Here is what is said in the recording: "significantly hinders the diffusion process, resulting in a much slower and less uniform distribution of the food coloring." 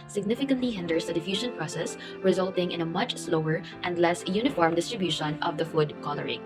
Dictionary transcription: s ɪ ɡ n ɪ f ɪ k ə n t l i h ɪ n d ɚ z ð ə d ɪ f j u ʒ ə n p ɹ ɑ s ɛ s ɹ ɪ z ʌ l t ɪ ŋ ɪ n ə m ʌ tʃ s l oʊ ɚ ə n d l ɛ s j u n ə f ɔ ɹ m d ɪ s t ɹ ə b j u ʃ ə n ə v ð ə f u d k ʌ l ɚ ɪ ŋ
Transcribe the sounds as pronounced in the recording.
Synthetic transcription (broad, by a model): s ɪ ɡ n ɪ f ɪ k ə n t l i h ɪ n d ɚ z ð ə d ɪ f j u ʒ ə n p ɹ ɑ s ɛ s ɹ ɪ z ʌ l t ɪ ŋ ɪ n ə m ʌ tʃ s l oʊ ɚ ə n d l ɛ s j u n ə f ɔ ɹ m d ɪ s t ɹ ə b j u ʃ ə n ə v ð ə f u d k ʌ l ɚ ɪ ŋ